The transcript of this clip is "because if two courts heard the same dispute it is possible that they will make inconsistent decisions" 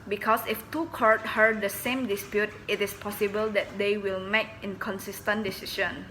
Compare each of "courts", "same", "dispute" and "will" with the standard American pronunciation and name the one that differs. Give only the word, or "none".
courts